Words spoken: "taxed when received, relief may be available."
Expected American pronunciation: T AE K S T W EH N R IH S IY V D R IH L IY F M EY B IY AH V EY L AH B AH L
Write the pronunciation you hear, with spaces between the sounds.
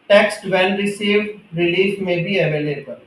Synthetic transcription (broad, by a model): T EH K S T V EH L R IH S IY V D R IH L IY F M EY B IY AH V EY L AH B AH L